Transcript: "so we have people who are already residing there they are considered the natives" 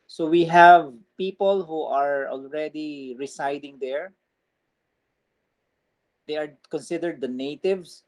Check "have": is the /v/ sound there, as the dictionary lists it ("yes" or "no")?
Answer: yes